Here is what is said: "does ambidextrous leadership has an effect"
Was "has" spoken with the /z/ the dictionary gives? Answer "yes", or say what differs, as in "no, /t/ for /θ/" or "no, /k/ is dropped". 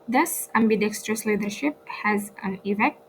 yes